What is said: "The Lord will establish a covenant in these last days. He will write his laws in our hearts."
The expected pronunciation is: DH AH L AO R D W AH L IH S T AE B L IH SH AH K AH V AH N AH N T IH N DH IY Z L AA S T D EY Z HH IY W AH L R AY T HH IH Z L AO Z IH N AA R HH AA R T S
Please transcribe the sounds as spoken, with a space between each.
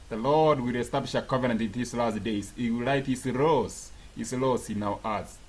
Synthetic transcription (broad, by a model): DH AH L AO R D W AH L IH S T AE B L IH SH AH K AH V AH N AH N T IH N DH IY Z L AA S T D EY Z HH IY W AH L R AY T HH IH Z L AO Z IH N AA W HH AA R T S